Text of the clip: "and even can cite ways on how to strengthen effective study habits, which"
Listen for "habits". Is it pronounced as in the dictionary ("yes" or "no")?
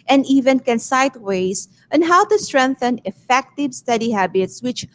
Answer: yes